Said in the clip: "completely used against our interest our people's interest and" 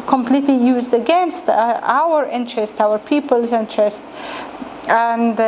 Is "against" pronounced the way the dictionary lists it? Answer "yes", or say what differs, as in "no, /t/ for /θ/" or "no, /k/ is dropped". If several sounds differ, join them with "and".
yes